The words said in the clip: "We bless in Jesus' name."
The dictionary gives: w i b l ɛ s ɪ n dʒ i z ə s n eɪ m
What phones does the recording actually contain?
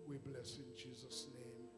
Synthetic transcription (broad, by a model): w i b l ɛ s ɪ n dʒ i z ə s n eɪ m